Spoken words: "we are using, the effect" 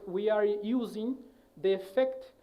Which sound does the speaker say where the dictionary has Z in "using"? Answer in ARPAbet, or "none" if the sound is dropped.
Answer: Z